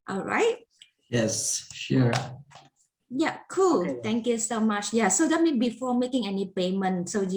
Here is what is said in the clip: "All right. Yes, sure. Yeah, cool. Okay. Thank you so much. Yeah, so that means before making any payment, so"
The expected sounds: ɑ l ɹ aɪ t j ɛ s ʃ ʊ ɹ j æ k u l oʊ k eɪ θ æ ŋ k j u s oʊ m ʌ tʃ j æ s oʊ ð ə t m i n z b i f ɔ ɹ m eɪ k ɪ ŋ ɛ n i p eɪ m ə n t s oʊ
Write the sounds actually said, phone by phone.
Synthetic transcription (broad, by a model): ɑ l ɹ aɪ t j ɛ s ʃ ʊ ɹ j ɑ k u l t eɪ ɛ ŋ k j u s oʊ m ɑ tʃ j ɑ s oʊ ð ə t m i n b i f ɔ m eɪ k ɪ ŋ ɛ n i p eɪ m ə n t s oʊ